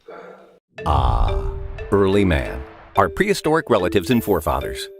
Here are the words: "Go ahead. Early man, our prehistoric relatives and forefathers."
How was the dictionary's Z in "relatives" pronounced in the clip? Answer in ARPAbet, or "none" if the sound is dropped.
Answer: Z